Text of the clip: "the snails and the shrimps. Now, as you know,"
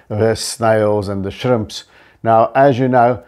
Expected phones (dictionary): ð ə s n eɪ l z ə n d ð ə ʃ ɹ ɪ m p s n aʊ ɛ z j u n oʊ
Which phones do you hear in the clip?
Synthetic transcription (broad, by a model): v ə s n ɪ l z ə n ð ə ʃ ɹ ɪ m p s n aʊ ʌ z j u n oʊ